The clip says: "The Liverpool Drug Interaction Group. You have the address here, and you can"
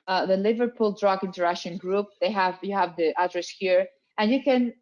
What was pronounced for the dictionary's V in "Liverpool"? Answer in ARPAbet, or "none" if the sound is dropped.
V